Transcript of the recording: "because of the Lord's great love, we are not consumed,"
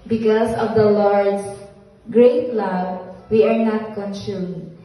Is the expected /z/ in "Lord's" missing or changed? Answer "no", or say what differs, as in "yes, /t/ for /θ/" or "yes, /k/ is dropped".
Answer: yes, /s/ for /z/